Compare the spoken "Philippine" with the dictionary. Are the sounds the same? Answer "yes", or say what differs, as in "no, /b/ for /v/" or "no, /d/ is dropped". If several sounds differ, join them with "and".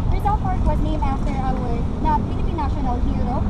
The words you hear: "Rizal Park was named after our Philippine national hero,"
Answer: no, /b/ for /p/